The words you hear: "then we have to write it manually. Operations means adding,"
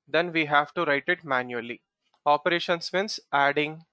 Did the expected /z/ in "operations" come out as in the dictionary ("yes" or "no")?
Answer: no